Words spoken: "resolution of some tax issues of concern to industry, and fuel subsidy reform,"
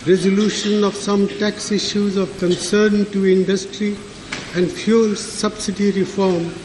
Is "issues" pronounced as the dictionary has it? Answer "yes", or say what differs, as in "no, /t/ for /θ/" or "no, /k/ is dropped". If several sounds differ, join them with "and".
yes